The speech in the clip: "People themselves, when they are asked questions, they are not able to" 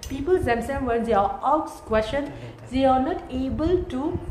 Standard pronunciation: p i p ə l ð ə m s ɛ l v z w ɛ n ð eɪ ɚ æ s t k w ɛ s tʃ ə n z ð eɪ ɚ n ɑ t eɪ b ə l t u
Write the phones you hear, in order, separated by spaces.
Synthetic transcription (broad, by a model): p i p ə l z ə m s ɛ n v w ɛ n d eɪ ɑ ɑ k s k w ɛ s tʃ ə n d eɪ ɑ n ɑ t eɪ b ə l t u